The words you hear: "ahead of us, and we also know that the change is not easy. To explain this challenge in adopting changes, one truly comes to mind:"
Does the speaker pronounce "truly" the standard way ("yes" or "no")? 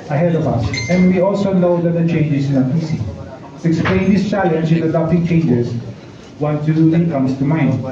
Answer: no